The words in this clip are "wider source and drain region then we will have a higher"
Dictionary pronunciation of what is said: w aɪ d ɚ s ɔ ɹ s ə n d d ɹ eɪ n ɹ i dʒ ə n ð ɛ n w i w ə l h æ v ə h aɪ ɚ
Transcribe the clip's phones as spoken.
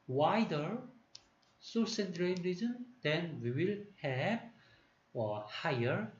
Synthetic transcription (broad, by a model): w aɪ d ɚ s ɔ s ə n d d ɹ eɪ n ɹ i z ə n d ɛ n w i w ə l h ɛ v ə h aɪ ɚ